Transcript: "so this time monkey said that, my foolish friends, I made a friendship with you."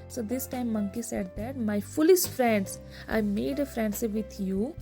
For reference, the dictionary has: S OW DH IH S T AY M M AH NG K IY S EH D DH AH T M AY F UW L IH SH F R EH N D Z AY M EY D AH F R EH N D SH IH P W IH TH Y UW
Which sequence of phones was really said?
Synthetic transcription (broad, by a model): S OW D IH S T AY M M AH NG K IY S EH D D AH T M AY F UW L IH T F R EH N D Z AY M EY D AH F R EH N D S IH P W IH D Y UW